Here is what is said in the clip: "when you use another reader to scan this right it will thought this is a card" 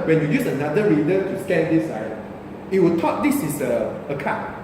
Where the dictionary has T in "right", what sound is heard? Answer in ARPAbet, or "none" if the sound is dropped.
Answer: none